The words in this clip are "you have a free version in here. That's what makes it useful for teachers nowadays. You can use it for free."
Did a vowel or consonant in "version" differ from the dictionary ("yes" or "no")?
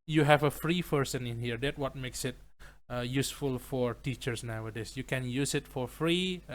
yes